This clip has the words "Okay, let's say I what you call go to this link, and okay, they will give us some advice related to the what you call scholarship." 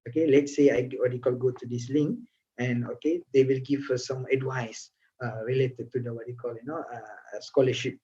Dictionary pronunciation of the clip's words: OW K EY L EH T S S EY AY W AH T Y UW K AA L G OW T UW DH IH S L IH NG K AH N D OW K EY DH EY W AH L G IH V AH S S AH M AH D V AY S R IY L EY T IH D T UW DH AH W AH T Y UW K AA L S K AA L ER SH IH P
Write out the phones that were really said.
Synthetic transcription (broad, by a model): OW K EY L EH T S S EY AY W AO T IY K AA L G OW T UW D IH S L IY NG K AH N OW K EY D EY W AH L G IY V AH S S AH M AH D W AY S R IY L EY T IH D T UW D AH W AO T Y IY K AA L S K AA L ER SH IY P